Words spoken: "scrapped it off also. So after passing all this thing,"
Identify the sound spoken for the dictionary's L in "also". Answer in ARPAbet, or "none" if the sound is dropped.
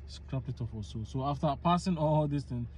none